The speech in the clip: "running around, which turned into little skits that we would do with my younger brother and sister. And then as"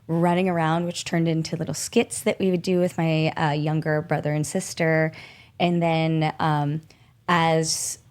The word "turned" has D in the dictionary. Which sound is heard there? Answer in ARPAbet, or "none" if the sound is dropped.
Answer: D